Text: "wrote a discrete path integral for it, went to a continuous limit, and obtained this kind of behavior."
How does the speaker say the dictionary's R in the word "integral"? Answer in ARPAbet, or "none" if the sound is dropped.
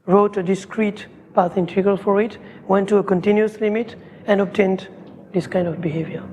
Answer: none